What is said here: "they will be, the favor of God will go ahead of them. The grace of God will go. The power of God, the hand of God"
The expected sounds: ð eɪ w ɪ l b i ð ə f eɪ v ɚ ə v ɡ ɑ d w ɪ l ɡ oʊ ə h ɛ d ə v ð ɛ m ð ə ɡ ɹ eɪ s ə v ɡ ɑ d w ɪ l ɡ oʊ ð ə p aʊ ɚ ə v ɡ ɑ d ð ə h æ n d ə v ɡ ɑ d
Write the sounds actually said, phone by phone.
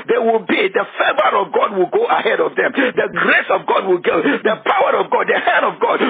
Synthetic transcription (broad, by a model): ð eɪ w ɪ l b i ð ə f eɪ v ɚ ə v ɡ ɑ d w ɪ l ɡ oʊ ə h ɛ d ə v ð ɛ m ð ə ɡ ɹ eɪ s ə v ɡ ɑ d w ɪ l ɡ oʊ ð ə p aʊ ɚ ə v ɡ ɑ d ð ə h æ n d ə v ɡ ɑ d